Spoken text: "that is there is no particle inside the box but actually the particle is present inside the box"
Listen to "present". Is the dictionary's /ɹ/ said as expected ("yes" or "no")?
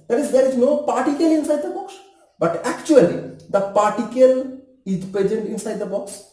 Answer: no